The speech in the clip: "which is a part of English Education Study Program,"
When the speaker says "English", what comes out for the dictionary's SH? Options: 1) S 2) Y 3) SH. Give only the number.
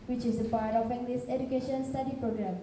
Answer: 1